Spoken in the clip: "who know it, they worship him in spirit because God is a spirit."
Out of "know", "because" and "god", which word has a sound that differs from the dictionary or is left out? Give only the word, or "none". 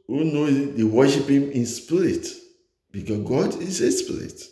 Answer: because